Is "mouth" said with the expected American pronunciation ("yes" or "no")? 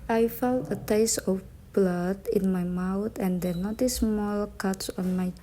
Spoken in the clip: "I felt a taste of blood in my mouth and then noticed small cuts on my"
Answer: no